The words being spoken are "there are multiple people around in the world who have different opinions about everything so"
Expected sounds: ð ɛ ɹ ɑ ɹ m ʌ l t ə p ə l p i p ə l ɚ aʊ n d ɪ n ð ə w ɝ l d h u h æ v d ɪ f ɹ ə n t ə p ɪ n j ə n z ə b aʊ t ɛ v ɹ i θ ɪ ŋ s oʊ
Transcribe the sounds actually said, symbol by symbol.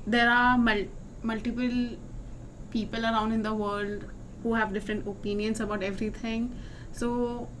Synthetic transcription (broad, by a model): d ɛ ɹ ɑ l m ʌ l t ə p ə l p i p ə l ɚ aʊ n d ɪ n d ə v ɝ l d h u h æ v d ɪ f ɹ ə n t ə p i n j ə n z ə b aʊ t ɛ v ɹ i t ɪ ŋ s oʊ